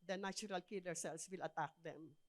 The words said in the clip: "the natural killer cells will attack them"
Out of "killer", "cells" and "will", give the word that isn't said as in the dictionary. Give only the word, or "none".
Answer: cells